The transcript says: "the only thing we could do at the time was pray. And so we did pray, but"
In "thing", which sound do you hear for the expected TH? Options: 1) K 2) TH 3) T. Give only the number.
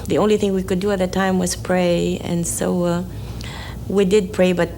2